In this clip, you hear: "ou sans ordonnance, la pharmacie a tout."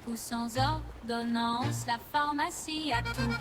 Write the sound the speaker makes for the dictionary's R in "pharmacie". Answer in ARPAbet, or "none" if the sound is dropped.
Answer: R